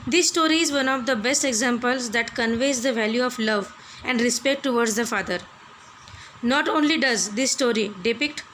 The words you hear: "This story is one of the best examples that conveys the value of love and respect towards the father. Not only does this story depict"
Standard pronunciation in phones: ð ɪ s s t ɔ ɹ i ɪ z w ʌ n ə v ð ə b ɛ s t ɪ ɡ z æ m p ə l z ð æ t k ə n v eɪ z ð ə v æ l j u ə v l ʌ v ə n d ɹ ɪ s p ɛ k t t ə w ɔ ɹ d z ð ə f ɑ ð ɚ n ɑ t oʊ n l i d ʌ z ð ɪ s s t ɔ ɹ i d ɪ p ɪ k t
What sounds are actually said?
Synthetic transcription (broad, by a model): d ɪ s s t ɔ ɹ i ɪ z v ʌ n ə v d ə b ɛ s t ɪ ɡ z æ m p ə l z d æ t k ə n v eɪ z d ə v æ l j u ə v l ʌ v ə n d ɹ ɪ s p ɛ k t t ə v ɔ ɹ d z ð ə f ɑ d ɚ n ɑ t oʊ n l i d ʌ z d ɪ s s t ɔ ɹ i d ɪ p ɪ k t